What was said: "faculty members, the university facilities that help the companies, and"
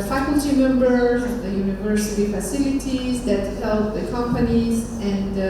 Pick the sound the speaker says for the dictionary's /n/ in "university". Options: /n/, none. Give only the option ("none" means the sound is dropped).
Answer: /n/